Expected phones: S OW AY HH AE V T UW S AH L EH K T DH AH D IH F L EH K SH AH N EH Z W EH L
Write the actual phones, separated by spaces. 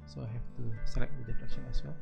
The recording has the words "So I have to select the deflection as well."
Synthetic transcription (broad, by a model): S OW AY HH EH F T UW S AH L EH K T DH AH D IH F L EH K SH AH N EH S W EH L